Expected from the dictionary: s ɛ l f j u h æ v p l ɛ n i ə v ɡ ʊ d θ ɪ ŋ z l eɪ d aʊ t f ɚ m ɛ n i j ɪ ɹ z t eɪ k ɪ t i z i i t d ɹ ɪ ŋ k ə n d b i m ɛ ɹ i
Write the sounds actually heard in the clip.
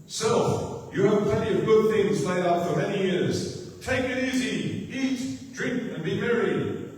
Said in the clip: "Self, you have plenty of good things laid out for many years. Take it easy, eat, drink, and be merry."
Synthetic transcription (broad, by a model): s ɛ l f j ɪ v p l ɛ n i ə v ɡ ʊ d θ ɪ ŋ z l eɪ d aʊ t f ɚ m ɛ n i j ɪ ɹ z t eɪ k ɪ t i z i i t d ɹ ɪ ŋ k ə n b i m ɛ ɹ i